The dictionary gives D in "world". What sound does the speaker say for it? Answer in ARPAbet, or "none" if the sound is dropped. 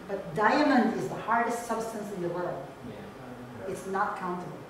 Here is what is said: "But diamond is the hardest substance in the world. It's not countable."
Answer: none